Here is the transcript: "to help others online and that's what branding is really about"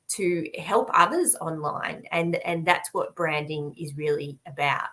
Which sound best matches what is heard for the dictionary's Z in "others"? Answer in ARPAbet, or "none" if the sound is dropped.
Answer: Z